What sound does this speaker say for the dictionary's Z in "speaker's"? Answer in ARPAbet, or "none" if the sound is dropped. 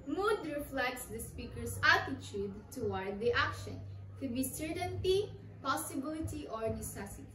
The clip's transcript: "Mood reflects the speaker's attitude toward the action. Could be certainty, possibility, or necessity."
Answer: S